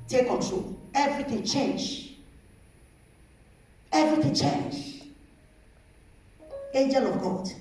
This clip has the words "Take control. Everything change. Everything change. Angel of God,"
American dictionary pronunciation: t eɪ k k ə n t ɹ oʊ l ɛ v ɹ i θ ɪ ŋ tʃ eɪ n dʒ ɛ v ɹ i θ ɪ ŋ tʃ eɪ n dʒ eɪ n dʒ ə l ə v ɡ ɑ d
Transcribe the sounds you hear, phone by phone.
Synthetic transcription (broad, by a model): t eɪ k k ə t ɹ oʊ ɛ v ɹ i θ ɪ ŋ tʃ eɪ n dʒ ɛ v ɹ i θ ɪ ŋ tʃ eɪ n dʒ eɪ n dʒ ə l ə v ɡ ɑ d